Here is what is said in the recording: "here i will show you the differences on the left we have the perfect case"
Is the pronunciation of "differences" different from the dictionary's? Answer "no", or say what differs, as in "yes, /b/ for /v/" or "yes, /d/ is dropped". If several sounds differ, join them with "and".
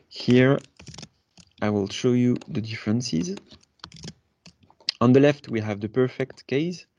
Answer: no